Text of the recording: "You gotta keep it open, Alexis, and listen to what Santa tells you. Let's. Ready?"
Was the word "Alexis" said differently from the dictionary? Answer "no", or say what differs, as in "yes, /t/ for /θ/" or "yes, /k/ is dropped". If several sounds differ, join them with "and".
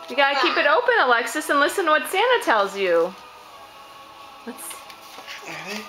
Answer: no